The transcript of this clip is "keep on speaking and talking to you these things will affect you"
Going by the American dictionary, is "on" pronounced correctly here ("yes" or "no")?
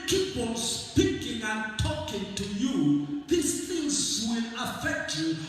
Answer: no